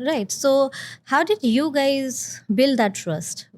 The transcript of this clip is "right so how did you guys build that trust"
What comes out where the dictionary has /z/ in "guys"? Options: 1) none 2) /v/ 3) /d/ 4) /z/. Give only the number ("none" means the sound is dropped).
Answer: 4